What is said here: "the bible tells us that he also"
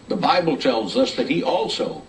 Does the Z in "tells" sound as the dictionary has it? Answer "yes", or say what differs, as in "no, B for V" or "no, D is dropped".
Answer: yes